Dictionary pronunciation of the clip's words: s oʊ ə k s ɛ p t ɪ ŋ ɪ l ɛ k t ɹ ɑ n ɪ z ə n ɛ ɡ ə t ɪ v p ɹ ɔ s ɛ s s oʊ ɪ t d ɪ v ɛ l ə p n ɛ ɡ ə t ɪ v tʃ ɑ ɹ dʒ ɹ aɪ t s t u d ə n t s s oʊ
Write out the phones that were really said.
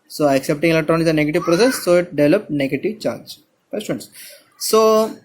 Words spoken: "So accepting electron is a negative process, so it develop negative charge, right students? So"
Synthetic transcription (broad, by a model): s oʊ ə k s ɛ p t ɪ ŋ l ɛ t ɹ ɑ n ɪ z ə n ɛ ɡ ə t ɪ v p ɹ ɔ s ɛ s s oʊ ɪ t d ɪ v ɛ l ə p n ɛ ɡ ə t ɪ v tʃ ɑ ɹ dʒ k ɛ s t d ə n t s s oʊ